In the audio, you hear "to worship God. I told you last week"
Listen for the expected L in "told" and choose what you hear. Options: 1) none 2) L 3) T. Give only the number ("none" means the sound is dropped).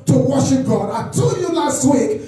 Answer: 1